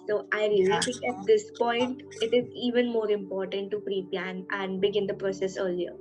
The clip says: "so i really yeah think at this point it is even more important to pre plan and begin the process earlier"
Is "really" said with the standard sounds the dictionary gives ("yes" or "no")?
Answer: no